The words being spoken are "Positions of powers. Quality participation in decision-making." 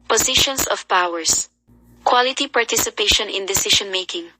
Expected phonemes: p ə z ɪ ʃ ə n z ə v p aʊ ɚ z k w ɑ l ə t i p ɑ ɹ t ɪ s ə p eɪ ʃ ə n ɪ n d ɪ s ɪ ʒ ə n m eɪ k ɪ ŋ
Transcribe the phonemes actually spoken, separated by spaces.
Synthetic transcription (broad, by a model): p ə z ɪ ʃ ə n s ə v p aʊ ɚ s k w ɑ l ə t i p ɑ ɹ t ɪ s ə p eɪ ʃ ə n ɪ n d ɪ s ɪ ʃ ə n m eɪ k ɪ ŋ